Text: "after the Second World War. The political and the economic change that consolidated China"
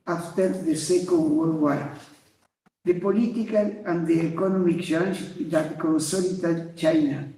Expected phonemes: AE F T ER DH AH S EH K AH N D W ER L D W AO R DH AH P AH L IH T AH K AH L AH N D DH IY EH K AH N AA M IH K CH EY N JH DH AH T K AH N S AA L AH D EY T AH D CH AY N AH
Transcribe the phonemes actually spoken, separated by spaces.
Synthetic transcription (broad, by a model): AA F T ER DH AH S EH K AH N D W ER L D W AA L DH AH P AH L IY T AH K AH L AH N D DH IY EH K AH N AA M IH K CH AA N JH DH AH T K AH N S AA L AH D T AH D CH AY N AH